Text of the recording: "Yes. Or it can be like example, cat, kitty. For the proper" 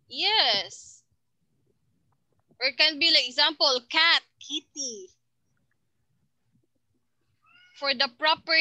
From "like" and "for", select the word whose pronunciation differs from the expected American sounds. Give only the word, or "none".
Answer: like